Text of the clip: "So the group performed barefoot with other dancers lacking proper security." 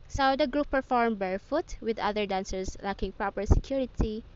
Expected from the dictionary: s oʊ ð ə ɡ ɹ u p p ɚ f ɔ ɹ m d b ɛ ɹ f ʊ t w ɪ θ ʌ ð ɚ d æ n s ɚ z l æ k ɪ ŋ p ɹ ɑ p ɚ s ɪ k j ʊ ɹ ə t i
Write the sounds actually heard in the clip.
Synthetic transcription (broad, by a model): s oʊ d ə ɡ ɹ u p p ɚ f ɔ ɹ m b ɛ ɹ f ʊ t w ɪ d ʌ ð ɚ d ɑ n s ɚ s l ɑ k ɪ ŋ p ɹ ɑ p ɚ s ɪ k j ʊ ɹ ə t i